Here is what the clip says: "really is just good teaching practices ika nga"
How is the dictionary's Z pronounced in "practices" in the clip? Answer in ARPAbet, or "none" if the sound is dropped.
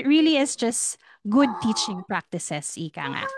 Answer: S